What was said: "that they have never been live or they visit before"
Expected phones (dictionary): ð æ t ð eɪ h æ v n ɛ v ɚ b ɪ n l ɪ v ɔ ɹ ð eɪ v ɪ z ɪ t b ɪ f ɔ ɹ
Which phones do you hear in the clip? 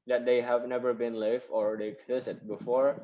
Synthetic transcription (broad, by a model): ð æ t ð eɪ h æ v n ɛ v ɚ b ɪ n l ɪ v ɔ ɹ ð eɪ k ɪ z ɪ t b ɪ f ɔ ɹ